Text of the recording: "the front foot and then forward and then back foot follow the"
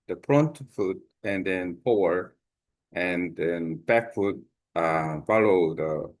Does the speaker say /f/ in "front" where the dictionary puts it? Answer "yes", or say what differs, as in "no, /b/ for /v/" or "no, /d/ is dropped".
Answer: no, /p/ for /f/